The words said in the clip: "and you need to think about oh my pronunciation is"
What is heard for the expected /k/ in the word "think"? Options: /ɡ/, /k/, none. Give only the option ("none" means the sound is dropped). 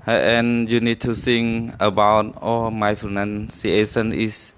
none